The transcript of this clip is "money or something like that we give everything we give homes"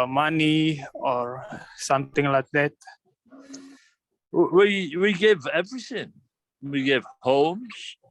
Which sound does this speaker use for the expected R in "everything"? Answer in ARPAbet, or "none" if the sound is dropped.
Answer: R